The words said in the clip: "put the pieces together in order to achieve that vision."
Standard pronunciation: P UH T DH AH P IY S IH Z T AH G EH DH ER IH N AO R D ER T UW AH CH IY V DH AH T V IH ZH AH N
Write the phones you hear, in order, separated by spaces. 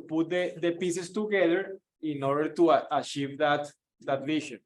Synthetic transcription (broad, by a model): P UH T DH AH P IY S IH S T AH G EH DH ER IH N AO R D ER T UW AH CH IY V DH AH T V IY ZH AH N